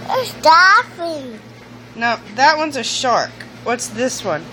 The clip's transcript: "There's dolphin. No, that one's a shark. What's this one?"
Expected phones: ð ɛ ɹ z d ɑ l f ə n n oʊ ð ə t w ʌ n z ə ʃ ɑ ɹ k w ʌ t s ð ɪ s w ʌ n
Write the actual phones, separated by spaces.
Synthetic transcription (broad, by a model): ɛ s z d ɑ f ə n n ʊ ð ə t w ʌ n z ə ʃ ɑ ɹ k w ʌ t s ð ɪ s w ʌ n